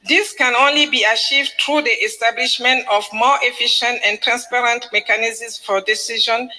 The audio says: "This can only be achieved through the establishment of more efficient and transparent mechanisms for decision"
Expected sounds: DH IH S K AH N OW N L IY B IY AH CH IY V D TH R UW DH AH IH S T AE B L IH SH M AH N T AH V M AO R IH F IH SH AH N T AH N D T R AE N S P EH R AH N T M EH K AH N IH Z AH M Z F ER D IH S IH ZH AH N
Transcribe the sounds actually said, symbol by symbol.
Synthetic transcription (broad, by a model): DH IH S K AH N OW N L IY B IY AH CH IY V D T R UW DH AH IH S T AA B L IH SH M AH N T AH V M AO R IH F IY SH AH N T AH N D T R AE N S P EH R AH N T M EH K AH N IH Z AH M S F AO D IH S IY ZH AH N